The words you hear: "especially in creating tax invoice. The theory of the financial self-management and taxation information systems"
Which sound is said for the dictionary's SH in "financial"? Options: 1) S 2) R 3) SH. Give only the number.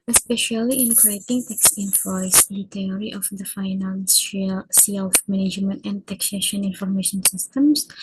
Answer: 1